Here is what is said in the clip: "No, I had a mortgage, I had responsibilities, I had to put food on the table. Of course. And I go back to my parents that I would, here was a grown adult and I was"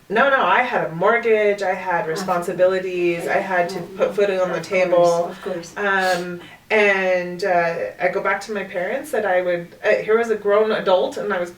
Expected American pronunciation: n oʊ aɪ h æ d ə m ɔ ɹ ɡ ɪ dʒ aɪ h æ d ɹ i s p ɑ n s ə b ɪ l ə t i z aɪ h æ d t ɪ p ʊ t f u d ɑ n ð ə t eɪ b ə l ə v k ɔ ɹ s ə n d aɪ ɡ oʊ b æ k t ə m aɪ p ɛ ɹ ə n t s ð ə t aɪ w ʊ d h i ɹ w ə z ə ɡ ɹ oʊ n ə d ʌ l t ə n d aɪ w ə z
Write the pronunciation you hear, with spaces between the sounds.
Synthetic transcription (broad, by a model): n oʊ aɪ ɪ d ə m ɔ ɹ ɡ ɪ dʒ aɪ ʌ d ɹ i s p ɑ n s ə b ɪ l ə t i z aɪ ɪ d t ɪ p ʊ t f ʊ d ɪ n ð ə t eɪ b l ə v k ɔ ɹ s ə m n aɪ ɡ oʊ b æ k t ə m aɪ p ɛ ɹ ə n t s ð ə t aɪ w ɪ d h i ɹ w ə z ə ɡ ɹ oʊ n ə d ʌ l t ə n aɪ w ə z